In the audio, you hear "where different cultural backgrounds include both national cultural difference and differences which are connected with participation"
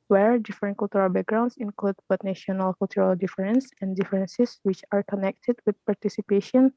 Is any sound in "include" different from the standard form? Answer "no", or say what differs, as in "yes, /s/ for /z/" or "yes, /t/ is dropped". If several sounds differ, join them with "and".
no